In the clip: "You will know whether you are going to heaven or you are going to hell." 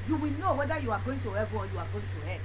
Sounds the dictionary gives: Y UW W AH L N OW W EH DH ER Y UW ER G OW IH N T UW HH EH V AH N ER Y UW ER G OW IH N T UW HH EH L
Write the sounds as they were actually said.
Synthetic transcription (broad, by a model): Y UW W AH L N OW W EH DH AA Y UW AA G OW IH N T UW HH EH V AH AO Y UW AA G OW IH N T UW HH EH